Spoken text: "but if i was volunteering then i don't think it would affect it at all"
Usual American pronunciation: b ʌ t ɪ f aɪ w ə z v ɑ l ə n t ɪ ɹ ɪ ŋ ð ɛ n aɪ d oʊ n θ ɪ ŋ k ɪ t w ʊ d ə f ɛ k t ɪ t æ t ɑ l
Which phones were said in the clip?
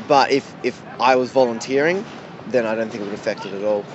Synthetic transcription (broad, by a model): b ʌ t ɪ f aɪ w ə z v ɑ l ə n t ɪ ɹ ɪ ŋ ð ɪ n aɪ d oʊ n θ ɪ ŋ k ɪ t w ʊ d ə f ɛ k t ɪ t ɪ t ɑ l